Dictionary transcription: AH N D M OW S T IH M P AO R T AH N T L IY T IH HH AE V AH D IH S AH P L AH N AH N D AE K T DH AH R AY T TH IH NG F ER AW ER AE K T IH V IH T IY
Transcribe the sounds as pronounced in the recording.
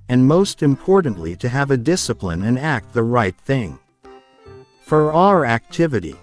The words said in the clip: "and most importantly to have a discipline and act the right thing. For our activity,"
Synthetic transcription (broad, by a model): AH N M OW S T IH M P AO R T N T L IY T IH V AH D IH S AH P L AH N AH N AE K T DH AH R AY T TH IH NG F ER AW ER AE K T IH V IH T IY